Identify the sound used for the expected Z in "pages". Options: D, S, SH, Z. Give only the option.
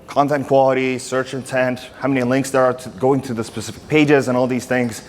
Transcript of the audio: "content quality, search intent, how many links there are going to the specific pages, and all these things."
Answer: Z